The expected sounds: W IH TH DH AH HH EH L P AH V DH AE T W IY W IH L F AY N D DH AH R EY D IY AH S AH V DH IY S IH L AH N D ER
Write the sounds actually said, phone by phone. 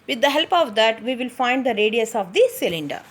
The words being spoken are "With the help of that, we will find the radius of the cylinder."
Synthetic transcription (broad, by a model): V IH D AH HH EH L P AH V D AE T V IY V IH L F AY N D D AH R EY D IY AH S AH V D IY S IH L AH N D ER